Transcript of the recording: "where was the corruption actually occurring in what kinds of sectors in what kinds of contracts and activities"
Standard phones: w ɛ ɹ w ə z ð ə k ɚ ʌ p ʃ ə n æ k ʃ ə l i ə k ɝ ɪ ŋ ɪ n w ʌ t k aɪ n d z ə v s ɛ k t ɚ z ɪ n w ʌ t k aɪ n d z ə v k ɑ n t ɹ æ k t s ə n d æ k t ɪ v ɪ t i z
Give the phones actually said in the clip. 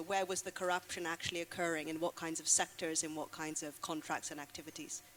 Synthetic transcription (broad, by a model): w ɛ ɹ w ə z ð ə k ɚ ʌ p ʃ ə n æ k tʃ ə l i ə k ɝ ɪ ŋ ɪ n w ʌ t k aɪ n d z ə v s ɛ k t ɚ z ɪ n w ʌ t k aɪ n d z ə v k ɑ n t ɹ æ k t s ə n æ k t ɪ v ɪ t i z